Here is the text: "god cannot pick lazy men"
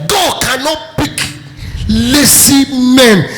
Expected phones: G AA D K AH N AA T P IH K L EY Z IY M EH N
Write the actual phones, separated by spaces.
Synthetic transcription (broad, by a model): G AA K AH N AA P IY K L EY S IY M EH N